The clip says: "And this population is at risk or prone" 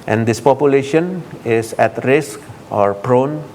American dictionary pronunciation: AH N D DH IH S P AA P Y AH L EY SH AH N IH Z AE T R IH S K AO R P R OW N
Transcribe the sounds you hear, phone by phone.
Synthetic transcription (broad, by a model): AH N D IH S P AA P Y AH L EY SH AH N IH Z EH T R IH S K AO R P R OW N